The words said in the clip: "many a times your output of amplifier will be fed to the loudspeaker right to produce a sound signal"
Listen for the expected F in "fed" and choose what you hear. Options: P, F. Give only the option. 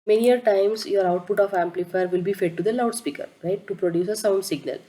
F